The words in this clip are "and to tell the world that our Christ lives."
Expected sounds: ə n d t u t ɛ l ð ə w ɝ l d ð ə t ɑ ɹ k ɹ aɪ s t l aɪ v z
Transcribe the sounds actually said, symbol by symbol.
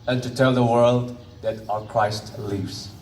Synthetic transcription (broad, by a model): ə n t u t ɛ l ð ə w ɝ l d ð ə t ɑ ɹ k ɹ aɪ s t l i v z